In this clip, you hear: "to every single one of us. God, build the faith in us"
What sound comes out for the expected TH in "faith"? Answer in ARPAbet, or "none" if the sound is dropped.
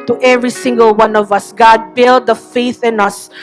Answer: TH